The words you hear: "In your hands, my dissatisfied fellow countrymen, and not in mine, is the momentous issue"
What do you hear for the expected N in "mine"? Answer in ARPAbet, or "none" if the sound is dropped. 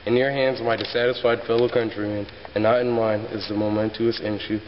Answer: N